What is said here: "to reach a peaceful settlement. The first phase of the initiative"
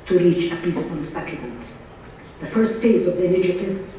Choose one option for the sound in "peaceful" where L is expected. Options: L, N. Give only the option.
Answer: N